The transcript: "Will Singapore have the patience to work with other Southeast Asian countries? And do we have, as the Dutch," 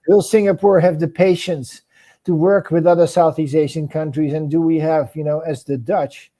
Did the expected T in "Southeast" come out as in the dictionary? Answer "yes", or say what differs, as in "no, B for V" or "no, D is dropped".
no, T is dropped